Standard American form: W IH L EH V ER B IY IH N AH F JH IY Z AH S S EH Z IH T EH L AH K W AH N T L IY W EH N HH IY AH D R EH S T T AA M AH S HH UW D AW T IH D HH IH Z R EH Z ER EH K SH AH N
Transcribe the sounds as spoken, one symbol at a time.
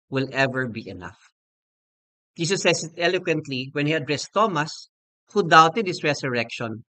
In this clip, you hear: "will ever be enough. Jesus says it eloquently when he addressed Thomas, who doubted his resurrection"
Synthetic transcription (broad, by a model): W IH L EH V ER B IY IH N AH F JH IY S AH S S EH S IH T EH L AH K W AH N T L IY W EH N HH IY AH D R EH S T T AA M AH S HH UW D AW T IH D HH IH S R EH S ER EH K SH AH N